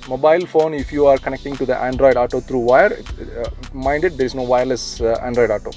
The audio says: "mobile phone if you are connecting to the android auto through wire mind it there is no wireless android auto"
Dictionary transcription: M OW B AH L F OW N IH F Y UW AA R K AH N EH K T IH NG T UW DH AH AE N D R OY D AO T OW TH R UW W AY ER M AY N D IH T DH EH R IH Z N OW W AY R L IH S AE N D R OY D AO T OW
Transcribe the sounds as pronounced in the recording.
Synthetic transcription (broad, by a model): M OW B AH L F OW N IH F Y UW AA R K AH N EH K T IH NG T UW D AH AE N D R OY D AO T OW T R UW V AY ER M AY N D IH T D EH R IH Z N OW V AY R L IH S AE N D R OY D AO T OW